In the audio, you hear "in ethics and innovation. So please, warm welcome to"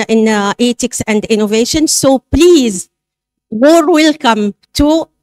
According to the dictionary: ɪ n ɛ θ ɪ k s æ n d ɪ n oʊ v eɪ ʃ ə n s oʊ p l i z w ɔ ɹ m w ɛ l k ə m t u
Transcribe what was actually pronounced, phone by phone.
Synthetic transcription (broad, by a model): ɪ n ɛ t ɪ k s æ n d ɪ n oʊ v eɪ ʃ ə n s oʊ p l i z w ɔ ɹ w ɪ l k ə m t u